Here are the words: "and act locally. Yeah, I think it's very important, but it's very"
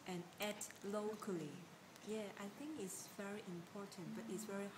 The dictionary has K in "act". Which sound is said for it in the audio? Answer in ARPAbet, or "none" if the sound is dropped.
none